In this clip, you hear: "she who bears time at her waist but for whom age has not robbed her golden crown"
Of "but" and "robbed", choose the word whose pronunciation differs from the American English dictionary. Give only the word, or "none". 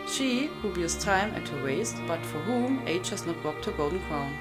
robbed